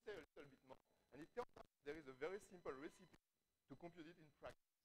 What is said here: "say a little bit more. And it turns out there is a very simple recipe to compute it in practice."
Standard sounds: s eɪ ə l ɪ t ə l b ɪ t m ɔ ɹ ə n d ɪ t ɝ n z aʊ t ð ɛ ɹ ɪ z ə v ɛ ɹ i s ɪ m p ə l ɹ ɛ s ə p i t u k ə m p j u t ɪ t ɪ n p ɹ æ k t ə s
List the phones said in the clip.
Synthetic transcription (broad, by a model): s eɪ ə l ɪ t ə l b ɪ t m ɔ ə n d ɪ t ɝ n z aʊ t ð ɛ ɹ ɪ z ə v ɛ ɹ i s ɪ m p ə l ɹ ɛ s ə p i t u k ə m p j u t ɪ t ɪ n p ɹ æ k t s